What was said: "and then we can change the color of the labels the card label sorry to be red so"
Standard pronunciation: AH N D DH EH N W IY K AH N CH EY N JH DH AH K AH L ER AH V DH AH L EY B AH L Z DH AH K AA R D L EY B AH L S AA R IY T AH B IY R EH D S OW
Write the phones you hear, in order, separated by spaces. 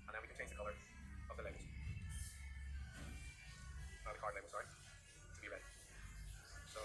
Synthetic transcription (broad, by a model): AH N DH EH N W IY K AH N CH EY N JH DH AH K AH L ER AH V DH AH L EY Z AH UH DH AH K AA R D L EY AH S AA R IY T AH B IY R EH D S OW